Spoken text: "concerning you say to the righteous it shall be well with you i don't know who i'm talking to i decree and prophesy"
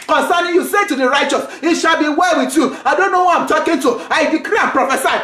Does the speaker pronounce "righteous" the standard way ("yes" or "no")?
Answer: yes